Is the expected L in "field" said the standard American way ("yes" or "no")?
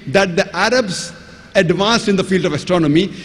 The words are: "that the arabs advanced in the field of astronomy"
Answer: yes